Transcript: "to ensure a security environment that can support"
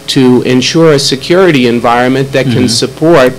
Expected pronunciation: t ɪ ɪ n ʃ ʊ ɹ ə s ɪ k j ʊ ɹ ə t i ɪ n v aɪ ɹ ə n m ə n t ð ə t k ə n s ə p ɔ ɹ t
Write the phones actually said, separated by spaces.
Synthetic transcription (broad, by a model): t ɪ ɪ n ʃ ʊ ɹ ə s ɪ k j ʊ ɹ ə t i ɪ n v aɪ ɹ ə n m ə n ð ə t k ə n s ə p ɔ ɹ t